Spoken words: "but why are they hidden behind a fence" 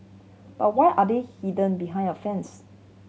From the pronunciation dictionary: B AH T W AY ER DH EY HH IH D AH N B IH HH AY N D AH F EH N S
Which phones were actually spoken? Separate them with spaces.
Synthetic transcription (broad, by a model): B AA T W AY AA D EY HH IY D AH N B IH HH AY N AH F EH N S